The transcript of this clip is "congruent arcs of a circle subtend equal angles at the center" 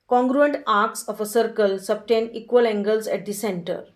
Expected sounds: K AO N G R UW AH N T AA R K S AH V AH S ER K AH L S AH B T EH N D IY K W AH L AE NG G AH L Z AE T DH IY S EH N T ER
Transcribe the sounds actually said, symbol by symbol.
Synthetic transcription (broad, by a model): K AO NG G R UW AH N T AA R K S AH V AH S ER K AH L S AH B T EH N IY K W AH L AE NG G AH L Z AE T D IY S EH N T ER